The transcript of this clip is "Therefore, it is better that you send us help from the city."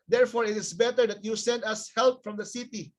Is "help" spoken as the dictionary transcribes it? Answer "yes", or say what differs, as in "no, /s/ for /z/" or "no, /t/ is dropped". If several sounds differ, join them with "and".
yes